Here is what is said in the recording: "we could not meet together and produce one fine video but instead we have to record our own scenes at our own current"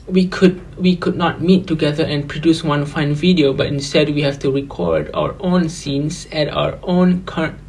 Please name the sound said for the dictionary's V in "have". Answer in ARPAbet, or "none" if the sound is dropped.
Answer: F